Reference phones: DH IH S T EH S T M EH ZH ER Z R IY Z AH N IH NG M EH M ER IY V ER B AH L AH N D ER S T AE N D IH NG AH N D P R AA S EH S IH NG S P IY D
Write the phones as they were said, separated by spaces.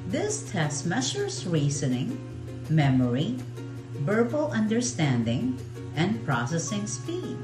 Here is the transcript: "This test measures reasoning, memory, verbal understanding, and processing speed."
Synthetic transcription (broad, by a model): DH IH S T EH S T M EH SH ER S R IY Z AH N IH NG M EH M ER IY B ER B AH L AH N D ER S T AE N D IH NG AH N D P R AA S EH S IH NG S P IY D